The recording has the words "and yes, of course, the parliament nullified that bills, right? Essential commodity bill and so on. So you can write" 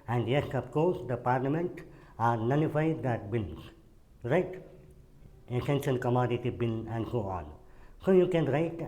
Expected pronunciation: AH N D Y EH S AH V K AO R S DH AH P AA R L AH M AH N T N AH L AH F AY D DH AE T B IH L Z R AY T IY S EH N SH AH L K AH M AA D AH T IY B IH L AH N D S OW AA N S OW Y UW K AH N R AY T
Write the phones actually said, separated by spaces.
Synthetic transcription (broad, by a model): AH N D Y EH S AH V K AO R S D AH P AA R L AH M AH N T N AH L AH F AY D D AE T B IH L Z R AY T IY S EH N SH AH N K AH M AA D AH T IY B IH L AH N D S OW AA N S OW Y UW K AH N R AY T